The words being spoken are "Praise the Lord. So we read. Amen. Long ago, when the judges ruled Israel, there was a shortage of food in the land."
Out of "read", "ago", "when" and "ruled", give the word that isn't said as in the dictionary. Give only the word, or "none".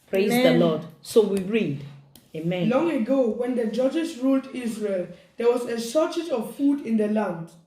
none